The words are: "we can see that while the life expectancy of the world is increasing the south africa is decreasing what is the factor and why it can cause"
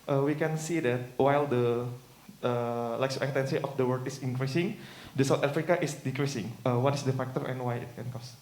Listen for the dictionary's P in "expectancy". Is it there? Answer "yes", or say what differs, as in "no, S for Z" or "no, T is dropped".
no, P is dropped